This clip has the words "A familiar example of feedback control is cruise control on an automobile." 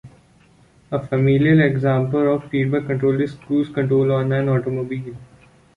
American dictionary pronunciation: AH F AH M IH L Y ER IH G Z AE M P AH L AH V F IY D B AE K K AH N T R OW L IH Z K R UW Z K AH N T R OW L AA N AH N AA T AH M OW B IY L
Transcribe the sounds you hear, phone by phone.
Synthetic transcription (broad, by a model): AH F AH M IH L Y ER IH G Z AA M P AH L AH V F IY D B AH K K AH N T R OW L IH S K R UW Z K AH N T R OW L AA N AH N AA T AH M OW B IY L